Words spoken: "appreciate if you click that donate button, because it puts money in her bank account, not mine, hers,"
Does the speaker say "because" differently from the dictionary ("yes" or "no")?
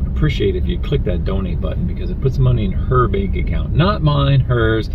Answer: no